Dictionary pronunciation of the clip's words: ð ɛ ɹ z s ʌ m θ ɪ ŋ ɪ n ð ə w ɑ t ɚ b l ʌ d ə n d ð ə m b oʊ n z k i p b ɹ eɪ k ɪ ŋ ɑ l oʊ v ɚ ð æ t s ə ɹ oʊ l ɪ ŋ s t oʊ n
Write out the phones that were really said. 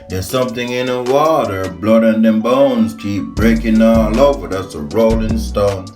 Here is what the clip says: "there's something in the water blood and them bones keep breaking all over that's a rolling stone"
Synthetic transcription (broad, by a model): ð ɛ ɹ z s ʌ m θ ɪ ŋ ɪ n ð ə w ɑ t ɚ b l ʌ d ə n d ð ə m b oʊ n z k i p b ɹ eɪ k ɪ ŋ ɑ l oʊ v ɚ ð æ t s ə ɹ oʊ l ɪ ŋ s t oʊ n